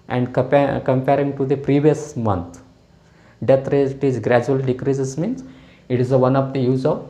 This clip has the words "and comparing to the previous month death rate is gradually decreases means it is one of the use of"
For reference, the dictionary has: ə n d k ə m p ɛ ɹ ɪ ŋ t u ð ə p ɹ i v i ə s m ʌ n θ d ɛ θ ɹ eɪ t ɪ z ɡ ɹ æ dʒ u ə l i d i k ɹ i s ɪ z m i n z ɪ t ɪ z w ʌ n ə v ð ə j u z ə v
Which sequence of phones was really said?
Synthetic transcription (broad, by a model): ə n d k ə m p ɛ ɹ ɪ ŋ t u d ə p ɹ i v i ə s m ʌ n t d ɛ t ɹ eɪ t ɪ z ɡ ɹ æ dʒ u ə l d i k ɹ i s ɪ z m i n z ɪ t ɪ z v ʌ n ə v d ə j u z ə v